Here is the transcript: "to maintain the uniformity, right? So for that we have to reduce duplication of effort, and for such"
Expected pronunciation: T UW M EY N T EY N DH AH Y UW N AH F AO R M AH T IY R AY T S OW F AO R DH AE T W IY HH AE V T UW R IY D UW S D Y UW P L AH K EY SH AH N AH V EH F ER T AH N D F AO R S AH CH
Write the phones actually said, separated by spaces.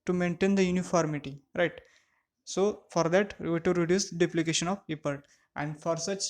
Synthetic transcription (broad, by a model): T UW M EY N T EY N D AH Y UW N AH F AO R M AH T IY R AY T S OW F AO R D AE T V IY T UW R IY D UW S D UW P L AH K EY SH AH N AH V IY P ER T AH N D F AO R S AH CH